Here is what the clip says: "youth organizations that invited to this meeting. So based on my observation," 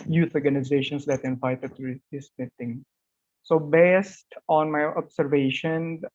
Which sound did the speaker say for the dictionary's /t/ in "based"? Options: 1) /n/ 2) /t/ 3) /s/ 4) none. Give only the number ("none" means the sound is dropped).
2